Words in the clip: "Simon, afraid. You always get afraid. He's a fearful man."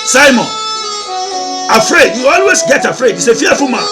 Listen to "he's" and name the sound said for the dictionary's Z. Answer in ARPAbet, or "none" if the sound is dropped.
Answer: S